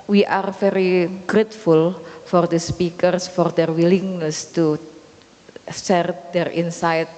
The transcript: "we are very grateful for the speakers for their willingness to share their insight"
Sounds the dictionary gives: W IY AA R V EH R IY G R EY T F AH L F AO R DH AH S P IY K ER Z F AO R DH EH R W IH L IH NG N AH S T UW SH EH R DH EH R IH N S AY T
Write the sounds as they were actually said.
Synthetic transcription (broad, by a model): W IY AA R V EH R IY G R EY T F AH L F AO R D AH S P IY K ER S F AO R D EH R W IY L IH NG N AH S T UW S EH R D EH R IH N S AY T